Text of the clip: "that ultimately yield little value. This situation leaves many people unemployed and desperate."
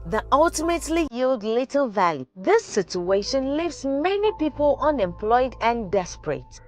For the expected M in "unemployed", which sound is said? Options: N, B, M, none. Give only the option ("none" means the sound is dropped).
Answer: M